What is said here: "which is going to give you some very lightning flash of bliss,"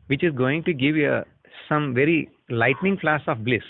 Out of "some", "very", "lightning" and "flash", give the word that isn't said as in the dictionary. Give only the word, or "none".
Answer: flash